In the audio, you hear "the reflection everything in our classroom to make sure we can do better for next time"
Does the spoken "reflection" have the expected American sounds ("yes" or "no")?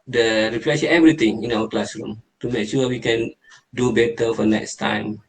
no